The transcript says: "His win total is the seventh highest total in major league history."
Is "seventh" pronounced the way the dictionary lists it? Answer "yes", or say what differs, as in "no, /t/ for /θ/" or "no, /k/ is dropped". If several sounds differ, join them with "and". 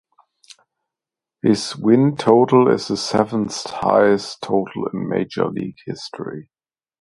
no, /t/ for /θ/